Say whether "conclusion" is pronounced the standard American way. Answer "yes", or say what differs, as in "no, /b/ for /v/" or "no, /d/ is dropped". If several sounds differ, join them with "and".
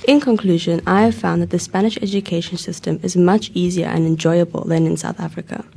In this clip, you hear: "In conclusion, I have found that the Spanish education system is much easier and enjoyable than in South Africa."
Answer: yes